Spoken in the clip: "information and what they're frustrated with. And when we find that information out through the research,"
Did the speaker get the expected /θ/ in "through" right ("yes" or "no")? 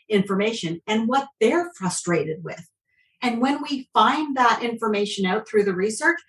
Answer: yes